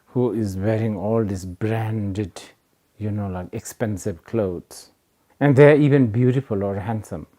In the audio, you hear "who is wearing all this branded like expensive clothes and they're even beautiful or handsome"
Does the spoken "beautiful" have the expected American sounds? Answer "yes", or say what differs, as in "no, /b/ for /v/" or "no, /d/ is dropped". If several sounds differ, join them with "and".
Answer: yes